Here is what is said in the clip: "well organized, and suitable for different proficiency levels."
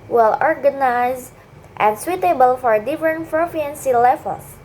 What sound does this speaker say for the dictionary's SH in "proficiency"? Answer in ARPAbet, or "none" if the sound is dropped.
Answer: none